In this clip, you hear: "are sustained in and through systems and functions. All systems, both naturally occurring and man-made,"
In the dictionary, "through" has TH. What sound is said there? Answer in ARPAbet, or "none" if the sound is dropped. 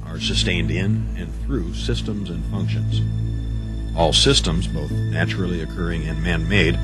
TH